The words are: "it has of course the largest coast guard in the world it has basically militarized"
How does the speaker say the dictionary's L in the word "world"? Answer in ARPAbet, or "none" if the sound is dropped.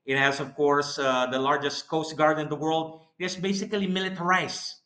L